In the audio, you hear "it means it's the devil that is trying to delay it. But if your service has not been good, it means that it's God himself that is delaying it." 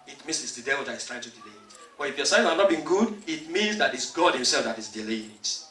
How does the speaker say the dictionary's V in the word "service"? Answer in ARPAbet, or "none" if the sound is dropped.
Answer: none